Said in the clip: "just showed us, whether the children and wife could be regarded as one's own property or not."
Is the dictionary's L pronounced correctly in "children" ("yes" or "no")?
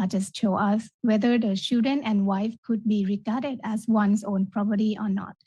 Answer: no